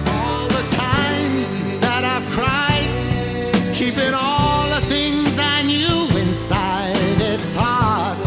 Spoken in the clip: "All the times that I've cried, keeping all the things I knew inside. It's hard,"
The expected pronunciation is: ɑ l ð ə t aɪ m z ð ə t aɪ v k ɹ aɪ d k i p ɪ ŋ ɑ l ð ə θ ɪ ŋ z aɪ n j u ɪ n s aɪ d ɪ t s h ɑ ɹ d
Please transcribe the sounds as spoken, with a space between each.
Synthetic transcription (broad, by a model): ɑ l ð ə t aɪ m z ð ə t aɪ v k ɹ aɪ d k i p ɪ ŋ ɑ l ð ə θ ɪ ŋ z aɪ n j u ɪ n s aɪ d ɪ t s h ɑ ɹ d